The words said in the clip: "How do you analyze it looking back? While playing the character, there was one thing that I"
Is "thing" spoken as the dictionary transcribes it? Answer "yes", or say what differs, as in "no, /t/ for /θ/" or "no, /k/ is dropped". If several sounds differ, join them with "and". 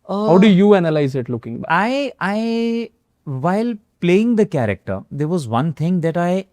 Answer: no, /t/ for /θ/